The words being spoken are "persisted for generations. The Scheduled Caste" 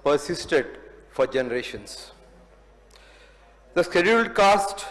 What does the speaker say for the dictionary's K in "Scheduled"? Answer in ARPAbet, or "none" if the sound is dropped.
K